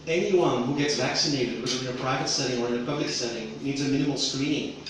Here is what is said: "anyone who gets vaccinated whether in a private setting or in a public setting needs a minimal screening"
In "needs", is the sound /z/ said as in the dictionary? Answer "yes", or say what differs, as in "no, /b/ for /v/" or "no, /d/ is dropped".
yes